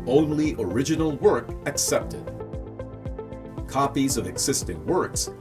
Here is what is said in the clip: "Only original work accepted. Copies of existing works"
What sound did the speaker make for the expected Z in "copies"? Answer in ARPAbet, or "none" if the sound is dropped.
Z